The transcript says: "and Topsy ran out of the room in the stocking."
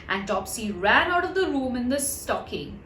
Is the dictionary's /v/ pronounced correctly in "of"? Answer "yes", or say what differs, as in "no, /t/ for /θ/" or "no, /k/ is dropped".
yes